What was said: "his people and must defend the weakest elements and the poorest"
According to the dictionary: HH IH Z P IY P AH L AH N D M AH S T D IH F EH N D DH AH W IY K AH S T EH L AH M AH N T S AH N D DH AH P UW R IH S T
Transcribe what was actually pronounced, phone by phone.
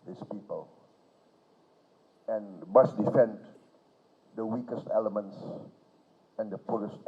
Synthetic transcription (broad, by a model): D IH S P IY P AH L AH N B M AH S D IH F EH N D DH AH W IY K AH S T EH L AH M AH N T S AH N D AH P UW R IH S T